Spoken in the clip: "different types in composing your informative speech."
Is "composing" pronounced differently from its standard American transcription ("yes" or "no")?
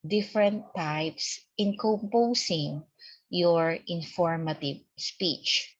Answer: yes